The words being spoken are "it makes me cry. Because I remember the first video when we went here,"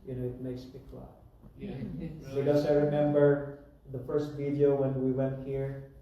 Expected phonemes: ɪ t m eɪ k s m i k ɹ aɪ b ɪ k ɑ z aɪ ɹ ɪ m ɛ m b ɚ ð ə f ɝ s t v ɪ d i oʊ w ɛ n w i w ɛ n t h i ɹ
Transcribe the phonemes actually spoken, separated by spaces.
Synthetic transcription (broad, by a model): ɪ t m eɪ k s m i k l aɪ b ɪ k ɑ s aɪ ɹ ɪ m ɛ m b ɚ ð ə f ɝ s t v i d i oʊ w ɛ n w i w ɛ n t h i ɹ